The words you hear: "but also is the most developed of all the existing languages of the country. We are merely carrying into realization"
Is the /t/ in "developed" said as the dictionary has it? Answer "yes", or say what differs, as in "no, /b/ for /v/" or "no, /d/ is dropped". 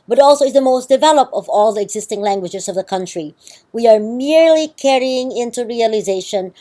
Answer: yes